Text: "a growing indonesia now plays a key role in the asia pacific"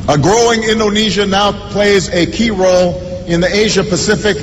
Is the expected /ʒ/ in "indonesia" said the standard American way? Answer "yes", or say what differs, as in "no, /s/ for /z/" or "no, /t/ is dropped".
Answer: yes